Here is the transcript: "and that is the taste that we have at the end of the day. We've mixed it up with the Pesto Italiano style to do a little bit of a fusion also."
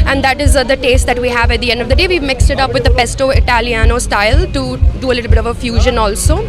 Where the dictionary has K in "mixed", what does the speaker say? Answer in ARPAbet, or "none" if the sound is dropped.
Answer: K